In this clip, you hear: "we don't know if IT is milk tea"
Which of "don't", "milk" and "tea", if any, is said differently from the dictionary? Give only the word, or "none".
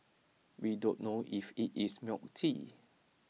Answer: milk